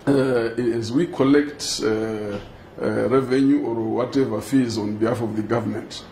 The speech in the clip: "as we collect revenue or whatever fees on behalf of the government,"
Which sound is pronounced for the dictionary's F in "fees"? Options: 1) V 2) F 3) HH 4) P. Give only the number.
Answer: 2